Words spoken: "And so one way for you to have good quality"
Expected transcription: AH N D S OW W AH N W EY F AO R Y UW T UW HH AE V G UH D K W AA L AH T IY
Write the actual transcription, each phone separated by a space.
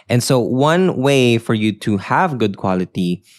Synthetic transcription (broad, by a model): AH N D S OW W AH N W EY F AO R Y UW T UW HH AE V G UH D K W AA L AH T IY